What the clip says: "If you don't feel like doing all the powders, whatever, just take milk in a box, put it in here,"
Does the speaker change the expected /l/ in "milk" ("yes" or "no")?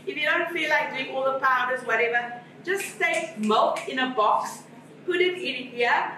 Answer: no